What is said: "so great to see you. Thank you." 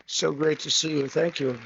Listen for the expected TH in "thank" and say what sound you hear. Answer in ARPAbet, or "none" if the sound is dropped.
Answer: TH